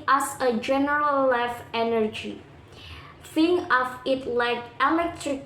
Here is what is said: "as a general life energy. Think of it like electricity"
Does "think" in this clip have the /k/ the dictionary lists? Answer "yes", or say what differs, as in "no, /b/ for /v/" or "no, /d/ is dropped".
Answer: no, /k/ is dropped